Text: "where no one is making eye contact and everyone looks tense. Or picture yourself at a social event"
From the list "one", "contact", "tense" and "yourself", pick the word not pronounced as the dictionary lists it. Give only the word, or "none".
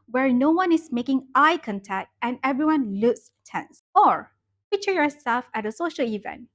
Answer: none